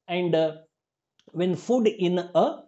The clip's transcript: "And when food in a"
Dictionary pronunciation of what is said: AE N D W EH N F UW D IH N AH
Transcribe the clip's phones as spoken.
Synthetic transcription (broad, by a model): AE N D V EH N F UW D IH N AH